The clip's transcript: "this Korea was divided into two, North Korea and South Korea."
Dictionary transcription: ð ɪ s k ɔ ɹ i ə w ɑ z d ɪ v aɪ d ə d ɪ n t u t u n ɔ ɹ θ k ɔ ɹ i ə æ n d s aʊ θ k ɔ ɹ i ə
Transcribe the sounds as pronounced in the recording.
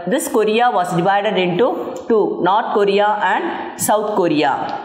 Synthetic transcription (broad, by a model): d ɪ s k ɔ ɹ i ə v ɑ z d ɪ v aɪ d ə d ɪ n t u t u n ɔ ɹ t k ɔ ɹ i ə æ n d s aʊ t k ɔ ɹ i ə